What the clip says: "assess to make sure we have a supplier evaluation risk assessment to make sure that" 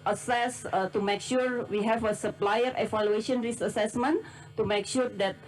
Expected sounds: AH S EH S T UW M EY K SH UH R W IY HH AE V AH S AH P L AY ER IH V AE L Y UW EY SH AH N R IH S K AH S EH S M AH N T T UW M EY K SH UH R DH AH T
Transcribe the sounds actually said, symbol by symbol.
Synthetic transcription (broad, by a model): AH S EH S T UW M EY K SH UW R W IY HH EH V AH S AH P L AY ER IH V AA L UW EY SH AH N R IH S AH S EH S M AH N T T UW M EY K SH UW R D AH T